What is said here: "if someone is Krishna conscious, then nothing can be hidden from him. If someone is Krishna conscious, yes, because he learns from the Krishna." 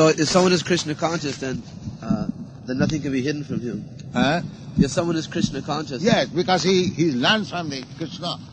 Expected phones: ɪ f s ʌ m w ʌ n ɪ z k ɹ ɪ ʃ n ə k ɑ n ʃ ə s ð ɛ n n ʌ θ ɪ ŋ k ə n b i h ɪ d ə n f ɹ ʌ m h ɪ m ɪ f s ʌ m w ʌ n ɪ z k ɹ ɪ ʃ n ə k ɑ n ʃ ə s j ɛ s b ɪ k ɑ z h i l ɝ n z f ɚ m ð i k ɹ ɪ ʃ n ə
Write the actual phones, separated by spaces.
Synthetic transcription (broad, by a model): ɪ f s ʌ m w ʌ n ɪ z k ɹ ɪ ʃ n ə k ɑ n ʃ ə s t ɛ n n ʌ θ ɪ ŋ k ə n b i h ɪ d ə n f ɹ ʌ m h ɪ m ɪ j s ʌ m w ʌ n ɪ z k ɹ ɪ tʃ n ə k ɑ n ʃ ə s j ɛ s b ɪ k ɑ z h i l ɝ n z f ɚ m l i k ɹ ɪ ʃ n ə